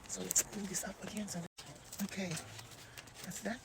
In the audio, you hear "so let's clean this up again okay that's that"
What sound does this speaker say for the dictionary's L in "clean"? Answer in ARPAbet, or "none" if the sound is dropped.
none